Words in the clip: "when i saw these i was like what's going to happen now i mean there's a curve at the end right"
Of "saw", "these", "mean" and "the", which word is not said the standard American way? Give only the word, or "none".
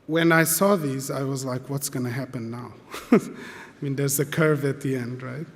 none